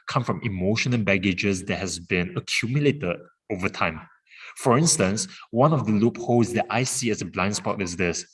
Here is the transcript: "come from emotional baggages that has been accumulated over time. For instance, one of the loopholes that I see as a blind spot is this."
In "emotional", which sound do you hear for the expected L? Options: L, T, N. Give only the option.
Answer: N